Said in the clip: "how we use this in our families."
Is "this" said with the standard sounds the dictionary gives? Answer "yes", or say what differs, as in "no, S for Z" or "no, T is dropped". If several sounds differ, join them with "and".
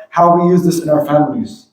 yes